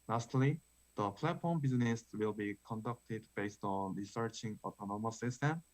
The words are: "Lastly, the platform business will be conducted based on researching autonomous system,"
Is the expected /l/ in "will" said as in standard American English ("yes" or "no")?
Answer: yes